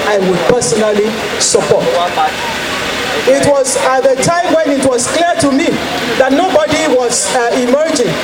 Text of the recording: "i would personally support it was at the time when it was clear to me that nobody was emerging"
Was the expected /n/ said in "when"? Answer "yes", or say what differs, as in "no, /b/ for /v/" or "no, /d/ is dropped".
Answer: yes